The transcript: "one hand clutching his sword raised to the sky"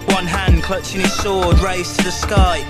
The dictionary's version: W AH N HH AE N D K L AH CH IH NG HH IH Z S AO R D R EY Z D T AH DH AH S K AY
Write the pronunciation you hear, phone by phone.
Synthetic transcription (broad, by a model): W AH N HH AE N K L AH CH IH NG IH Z SH AO D R EY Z T AH DH AH S K AY